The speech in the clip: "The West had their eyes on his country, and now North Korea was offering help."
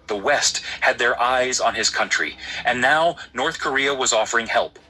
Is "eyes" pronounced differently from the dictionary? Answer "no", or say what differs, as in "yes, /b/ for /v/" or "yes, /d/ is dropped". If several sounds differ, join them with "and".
no